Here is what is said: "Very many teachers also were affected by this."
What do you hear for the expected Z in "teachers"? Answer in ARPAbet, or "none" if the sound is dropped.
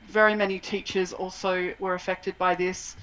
Z